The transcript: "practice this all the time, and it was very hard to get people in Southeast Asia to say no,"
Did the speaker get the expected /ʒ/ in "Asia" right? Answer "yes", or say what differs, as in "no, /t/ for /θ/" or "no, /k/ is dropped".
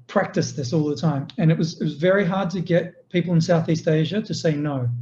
yes